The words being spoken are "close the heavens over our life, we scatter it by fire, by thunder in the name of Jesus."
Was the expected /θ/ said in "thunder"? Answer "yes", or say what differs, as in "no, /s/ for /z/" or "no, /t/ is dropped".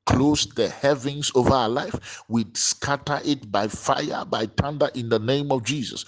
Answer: no, /t/ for /θ/